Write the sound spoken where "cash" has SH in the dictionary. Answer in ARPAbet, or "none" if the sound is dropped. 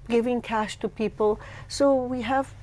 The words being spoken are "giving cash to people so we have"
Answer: SH